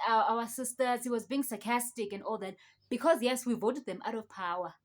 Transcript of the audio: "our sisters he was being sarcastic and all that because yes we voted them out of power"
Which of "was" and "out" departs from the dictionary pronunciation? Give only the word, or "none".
none